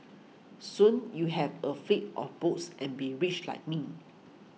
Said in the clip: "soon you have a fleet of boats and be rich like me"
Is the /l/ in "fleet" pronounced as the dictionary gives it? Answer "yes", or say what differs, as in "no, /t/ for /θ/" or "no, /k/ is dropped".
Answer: no, /l/ is dropped